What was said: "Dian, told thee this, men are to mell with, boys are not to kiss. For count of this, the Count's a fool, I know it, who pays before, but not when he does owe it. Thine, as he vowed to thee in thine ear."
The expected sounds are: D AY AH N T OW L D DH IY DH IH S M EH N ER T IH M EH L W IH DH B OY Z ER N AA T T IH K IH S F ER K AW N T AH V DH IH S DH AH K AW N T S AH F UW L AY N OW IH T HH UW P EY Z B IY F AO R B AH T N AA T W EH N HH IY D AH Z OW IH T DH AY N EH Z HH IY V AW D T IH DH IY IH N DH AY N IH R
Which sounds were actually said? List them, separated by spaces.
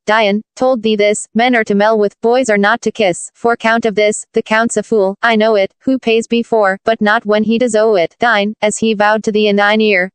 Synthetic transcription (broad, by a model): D AY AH N T OW L D DH IY DH IH S M EH N ER T IH M EH L W IH DH B OY Z ER N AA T T IH K IH S F ER K AW N T AH V DH IH S DH AH K AW N T S AH F UW L AY N OW IH T HH UW P EY Z B IY F AO R B AH T N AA T W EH N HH IY D AH Z OW IH T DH AY N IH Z HH IY V AW D T IH DH IY IH N DH AY N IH R